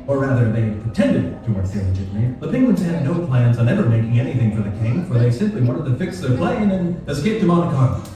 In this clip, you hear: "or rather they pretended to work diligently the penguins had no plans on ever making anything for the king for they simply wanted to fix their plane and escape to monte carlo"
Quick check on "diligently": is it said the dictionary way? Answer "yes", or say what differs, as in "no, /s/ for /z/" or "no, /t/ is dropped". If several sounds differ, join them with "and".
no, /n/ is dropped